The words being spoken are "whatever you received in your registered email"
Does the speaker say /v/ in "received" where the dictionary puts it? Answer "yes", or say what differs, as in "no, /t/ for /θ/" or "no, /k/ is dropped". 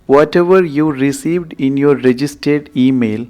yes